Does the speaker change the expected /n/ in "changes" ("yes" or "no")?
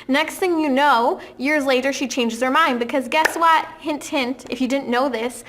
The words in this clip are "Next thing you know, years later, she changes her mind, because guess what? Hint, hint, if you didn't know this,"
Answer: no